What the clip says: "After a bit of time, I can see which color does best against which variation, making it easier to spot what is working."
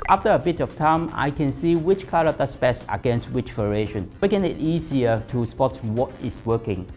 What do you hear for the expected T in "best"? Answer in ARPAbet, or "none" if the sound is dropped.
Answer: none